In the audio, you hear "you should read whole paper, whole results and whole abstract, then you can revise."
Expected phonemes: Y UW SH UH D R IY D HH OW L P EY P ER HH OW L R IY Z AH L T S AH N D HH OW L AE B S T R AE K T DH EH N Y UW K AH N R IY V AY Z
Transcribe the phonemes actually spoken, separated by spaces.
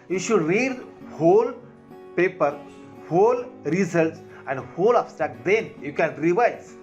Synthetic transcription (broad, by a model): Y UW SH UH D R IY D HH OW L P EY P ER HH OW L R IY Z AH L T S AH N D HH OW L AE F S T AE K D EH N Y UW K AH N R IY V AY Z